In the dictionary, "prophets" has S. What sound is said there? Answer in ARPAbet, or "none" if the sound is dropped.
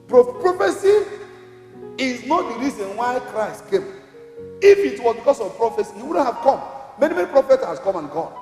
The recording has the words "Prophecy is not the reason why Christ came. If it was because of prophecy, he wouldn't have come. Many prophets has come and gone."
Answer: none